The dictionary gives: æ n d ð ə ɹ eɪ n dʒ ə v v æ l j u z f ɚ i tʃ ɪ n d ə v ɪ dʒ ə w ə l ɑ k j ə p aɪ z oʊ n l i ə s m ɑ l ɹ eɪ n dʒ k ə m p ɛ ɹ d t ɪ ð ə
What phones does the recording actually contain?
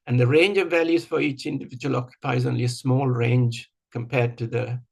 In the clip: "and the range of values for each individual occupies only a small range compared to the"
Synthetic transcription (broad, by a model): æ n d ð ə ɹ eɪ n dʒ ə v v æ l j u z f ɚ i tʃ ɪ n d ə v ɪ dʒ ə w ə l ɑ k j ə p aɪ z oʊ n l i ə s m ɑ l ɹ eɪ n dʒ k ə m p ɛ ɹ d t ɪ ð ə